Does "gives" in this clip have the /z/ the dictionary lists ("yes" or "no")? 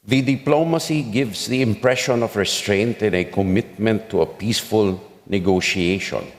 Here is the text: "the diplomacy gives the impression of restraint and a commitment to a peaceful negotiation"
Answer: no